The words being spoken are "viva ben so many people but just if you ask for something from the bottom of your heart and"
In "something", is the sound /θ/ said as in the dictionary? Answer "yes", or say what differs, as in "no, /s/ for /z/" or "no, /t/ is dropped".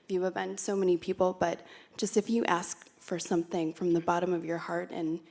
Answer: yes